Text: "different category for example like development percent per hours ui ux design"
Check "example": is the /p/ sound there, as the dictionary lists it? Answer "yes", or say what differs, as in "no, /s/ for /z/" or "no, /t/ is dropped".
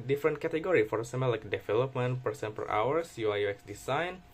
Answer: no, /p/ is dropped